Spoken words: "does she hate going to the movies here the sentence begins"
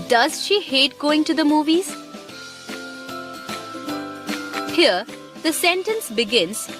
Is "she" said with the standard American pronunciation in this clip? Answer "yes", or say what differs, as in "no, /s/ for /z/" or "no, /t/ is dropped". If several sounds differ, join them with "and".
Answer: yes